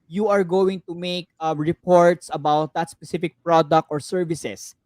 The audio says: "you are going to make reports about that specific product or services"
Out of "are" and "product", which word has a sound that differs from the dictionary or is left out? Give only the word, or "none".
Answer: none